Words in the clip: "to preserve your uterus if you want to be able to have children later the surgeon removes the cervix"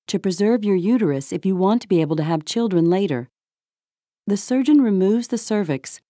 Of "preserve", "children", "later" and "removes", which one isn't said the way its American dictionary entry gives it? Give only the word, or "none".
none